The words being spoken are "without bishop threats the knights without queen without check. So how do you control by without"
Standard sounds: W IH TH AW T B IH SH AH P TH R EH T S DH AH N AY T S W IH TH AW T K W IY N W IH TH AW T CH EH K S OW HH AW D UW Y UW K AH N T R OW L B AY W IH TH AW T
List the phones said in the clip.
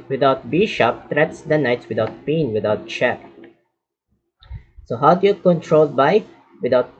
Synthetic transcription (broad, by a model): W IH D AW T B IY SH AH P T R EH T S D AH N AY T S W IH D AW T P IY N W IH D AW T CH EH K S OW HH AW D UW Y UW K AH N T R OW L B AY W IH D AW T